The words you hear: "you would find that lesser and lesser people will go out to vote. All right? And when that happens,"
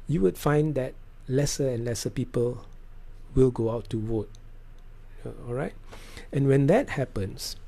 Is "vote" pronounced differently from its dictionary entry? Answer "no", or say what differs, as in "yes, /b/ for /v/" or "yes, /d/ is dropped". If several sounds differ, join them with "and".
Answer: yes, /w/ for /v/